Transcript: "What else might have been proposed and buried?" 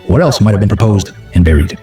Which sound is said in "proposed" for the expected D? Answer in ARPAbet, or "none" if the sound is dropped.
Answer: D